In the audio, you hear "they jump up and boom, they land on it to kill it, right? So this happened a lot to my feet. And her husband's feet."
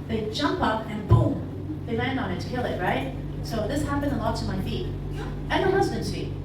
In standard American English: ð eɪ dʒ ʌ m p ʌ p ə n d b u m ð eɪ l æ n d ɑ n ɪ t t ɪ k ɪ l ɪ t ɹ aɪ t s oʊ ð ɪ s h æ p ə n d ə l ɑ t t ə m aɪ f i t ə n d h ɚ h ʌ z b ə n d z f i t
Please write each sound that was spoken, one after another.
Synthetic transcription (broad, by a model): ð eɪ dʒ ʌ m p ʌ p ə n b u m ð eɪ l æ n d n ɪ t t ɪ k ɪ l ɪ t ɹ aɪ t s oʊ ð ɪ s h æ p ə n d ə l ɑ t t ə m aɪ f i t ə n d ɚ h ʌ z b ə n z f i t